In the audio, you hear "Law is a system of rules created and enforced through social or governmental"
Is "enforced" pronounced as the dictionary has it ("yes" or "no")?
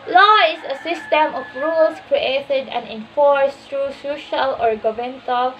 yes